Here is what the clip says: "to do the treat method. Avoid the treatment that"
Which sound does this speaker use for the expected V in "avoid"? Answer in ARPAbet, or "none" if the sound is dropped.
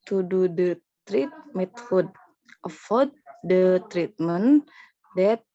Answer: F